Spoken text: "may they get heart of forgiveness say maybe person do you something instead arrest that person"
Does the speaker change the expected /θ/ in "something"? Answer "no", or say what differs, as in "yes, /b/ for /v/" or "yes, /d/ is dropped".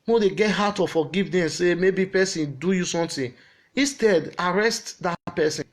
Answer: yes, /t/ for /θ/